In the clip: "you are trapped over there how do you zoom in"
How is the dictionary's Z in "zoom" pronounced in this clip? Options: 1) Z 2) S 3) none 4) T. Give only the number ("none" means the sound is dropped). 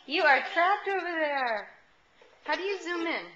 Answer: 1